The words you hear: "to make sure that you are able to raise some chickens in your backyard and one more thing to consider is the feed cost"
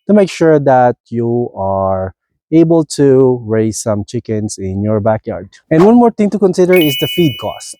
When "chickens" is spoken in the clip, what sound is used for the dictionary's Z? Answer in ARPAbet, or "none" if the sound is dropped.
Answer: S